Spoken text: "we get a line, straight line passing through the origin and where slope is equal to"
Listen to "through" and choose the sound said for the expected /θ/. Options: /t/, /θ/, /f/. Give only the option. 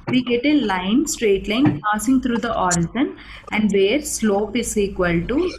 /t/